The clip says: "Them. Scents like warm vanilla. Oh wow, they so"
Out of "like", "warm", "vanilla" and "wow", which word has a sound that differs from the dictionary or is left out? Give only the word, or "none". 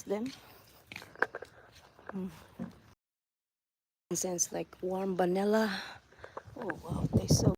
vanilla